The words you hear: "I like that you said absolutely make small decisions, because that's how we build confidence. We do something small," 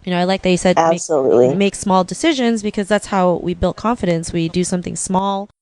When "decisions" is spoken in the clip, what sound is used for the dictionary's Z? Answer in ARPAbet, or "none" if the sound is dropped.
Z